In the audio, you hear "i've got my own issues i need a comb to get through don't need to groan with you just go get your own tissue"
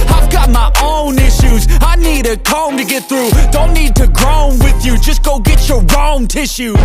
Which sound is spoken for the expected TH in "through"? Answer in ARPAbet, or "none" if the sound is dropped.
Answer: TH